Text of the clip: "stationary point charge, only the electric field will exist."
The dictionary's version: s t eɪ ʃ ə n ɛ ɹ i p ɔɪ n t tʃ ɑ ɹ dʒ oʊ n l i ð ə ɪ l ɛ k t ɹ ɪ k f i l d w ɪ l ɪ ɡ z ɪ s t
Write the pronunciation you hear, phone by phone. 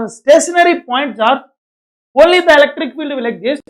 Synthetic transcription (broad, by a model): s t eɪ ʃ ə n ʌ ɹ i p ɔɪ n t s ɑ ɹ oʊ n l i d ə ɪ l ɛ k t ɹ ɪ k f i l d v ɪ l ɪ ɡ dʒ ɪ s